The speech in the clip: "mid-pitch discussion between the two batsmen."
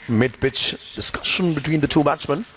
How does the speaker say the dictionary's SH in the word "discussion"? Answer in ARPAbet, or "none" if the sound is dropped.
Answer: SH